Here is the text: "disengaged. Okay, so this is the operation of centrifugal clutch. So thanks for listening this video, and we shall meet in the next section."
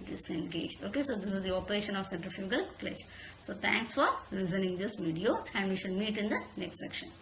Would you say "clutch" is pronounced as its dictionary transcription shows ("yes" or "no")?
no